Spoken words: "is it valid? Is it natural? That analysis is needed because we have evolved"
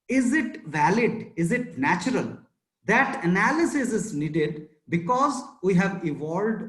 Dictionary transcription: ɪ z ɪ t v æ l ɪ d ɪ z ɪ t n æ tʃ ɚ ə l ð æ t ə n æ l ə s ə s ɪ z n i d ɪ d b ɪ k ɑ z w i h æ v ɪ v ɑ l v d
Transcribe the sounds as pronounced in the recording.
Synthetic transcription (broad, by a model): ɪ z ɪ t v æ l ɪ d ɪ z ɪ t n æ tʃ ɚ ə l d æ t ə n æ l ə s ə s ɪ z n i d ɪ d b ɪ k ɑ z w i h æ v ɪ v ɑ l d